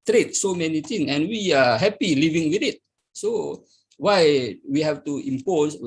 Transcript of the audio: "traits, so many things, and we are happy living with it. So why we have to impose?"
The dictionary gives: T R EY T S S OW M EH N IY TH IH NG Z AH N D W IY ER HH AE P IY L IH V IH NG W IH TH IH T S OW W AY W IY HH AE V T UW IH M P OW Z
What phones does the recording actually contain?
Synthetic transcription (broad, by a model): T R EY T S S OW M EH N IY T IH NG AH N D W IY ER HH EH P IY L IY V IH NG W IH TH IH T S OW W AY W IY HH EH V T UW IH M P OW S